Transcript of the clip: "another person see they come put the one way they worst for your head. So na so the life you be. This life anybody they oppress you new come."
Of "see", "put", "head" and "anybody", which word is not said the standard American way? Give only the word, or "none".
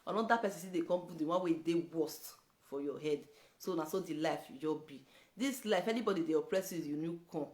put